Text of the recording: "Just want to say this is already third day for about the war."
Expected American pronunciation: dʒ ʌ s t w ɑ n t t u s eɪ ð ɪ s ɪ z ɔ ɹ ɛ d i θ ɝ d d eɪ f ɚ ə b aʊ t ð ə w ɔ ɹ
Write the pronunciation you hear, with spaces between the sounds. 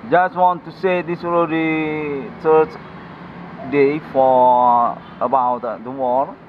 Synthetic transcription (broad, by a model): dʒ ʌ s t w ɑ n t t u s eɪ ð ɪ s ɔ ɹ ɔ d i s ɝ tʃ d eɪ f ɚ ə b aʊ t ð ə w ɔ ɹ